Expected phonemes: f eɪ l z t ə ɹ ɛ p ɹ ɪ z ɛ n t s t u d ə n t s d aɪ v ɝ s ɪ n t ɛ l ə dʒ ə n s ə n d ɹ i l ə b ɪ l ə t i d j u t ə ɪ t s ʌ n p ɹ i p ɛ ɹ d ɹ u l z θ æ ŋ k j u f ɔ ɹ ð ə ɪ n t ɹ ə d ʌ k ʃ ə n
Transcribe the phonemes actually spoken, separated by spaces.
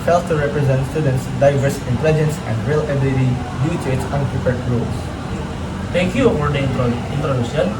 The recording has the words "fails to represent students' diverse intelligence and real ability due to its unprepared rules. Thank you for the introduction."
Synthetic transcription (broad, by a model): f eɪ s t ə ɹ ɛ p ɹ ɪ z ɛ n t s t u d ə n t s d aɪ v ɝ s ɪ n t ɛ l ə dʒ ə n s ə n d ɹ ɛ l ə b ɪ l ə t i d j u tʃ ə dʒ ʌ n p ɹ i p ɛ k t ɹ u l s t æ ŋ k j u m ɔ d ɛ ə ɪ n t ɹ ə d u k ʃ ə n